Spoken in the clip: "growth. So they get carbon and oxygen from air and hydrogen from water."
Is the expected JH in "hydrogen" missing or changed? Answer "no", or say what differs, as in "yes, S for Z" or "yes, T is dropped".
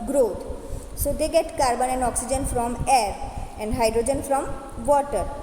no